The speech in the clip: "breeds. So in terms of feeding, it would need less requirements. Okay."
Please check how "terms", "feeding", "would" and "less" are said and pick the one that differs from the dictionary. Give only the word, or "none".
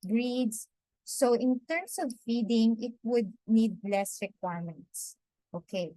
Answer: terms